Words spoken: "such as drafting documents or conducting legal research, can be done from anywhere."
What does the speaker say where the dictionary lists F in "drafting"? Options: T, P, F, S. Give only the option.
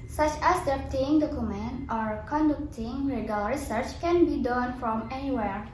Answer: P